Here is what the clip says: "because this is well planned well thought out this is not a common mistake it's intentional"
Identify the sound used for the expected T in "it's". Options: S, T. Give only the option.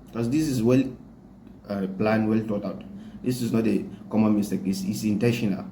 S